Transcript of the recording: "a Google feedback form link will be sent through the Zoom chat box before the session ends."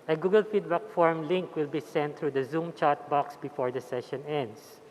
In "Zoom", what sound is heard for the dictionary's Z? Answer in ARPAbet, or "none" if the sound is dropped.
Z